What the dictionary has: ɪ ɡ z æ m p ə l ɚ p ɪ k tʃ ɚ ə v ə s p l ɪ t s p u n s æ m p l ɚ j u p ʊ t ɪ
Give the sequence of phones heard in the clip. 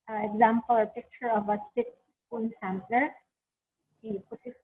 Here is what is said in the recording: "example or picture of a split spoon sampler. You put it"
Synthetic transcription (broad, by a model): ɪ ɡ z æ m p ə l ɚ p ɪ k tʃ ɚ ə v ə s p ɪ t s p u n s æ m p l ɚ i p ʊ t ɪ